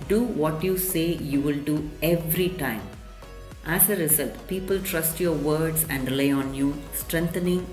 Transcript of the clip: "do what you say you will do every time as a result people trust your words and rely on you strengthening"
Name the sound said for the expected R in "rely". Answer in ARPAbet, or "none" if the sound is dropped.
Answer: L